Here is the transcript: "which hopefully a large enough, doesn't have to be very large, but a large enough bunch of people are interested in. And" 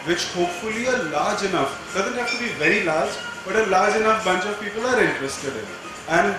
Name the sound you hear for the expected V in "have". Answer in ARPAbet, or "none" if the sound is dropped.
F